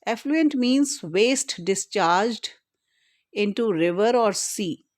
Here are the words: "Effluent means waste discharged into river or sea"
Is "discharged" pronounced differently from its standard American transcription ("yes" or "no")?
no